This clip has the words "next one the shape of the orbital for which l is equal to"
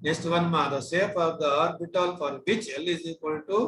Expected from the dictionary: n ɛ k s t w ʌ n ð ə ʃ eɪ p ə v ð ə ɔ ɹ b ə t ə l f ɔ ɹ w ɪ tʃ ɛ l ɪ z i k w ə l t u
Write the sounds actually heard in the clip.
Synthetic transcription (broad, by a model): n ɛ k s t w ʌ n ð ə s eɪ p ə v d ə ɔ ɹ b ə t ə l f ɔ ɹ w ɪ tʃ ɛ l ɪ z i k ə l t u